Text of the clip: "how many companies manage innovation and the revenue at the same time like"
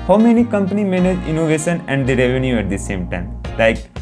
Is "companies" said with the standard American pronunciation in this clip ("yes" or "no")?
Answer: no